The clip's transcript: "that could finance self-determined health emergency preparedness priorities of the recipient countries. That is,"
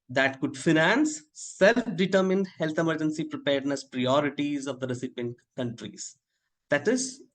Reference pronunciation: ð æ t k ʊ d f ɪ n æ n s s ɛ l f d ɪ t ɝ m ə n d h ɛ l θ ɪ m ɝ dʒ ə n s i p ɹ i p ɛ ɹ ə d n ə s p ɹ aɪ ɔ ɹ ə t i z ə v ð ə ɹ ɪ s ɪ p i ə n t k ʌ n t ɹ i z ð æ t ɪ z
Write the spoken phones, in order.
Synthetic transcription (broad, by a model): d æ t k ʊ d f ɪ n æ n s s ɛ l f d ɪ t ɝ m ə n d h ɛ l t ɪ m ɝ dʒ ə n s i p ɹ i p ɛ ɹ d n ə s p ɹ aɪ ɔ ɹ ə t i z ə v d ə ɹ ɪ s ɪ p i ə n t k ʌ n t ɹ i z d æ t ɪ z